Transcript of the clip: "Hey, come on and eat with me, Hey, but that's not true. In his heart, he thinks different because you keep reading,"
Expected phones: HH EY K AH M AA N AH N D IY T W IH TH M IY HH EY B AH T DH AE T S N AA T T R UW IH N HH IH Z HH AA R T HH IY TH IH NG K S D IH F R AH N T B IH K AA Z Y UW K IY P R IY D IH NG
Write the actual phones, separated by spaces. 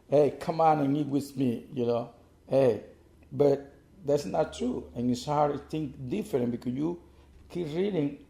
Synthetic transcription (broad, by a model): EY K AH M AA N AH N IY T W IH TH M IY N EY B AH T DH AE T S N AA T T R UW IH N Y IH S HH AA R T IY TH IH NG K D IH F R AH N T B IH K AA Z Y UW K IY P R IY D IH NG